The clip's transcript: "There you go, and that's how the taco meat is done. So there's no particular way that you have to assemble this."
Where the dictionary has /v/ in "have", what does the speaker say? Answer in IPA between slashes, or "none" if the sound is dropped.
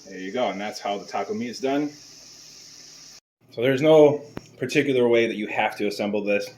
/f/